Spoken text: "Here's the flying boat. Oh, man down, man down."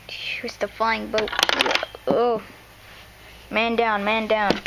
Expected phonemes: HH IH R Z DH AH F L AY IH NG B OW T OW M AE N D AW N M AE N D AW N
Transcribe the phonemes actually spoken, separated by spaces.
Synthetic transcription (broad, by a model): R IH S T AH F AY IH NG B OW T OW M AE N D AW N M AE N D AW N